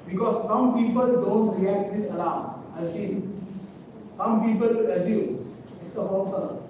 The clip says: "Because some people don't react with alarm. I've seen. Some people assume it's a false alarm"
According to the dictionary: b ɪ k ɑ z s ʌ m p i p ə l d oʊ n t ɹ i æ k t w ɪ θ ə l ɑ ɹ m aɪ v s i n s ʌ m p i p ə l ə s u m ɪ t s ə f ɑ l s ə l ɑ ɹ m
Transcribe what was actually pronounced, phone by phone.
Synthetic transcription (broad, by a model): b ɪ k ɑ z s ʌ m p i p ə l d oʊ n t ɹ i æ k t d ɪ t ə l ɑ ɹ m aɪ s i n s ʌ m p i p ə l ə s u ɪ t s ə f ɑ s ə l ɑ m